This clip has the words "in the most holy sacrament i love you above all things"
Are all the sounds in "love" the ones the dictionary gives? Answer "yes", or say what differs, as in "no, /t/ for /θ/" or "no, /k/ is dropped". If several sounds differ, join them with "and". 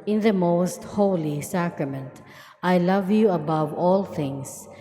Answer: yes